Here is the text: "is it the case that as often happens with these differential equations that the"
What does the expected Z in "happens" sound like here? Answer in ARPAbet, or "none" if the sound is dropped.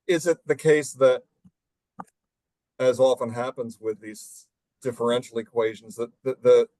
Z